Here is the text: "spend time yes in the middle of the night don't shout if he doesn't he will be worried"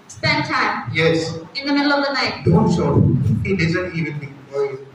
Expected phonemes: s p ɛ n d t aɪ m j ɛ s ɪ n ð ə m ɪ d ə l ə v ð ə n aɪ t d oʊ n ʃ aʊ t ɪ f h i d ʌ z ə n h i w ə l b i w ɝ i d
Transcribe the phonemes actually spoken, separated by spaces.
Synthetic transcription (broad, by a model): s p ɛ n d t aɪ m j ɛ s ɪ n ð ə m ɪ d ə l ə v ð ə n aɪ t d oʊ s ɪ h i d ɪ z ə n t i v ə n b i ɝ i